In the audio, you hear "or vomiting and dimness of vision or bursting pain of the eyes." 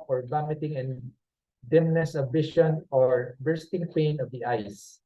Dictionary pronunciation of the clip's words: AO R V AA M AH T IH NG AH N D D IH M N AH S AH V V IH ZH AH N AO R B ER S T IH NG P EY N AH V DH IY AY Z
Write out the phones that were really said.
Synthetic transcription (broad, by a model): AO R B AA M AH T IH NG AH N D D IH M N AH S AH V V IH SH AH N AO R B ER S T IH NG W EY N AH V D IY AY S